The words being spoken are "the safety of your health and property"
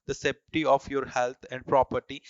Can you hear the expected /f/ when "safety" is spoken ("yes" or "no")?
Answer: no